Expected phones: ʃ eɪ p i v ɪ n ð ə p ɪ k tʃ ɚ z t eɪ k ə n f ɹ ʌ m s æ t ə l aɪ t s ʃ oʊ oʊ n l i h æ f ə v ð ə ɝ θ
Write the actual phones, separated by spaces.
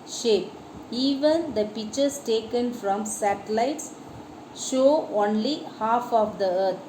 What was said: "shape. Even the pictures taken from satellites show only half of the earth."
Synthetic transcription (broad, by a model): ʃ eɪ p i v ɪ n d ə p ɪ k tʃ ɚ s t eɪ k ə n f ɹ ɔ m s æ t ə l aɪ t s ʃ oʊ oʊ n l i h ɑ f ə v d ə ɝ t